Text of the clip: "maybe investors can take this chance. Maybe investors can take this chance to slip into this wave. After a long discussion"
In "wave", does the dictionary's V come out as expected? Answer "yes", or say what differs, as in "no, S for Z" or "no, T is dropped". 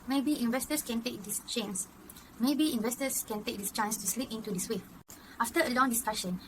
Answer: no, V is dropped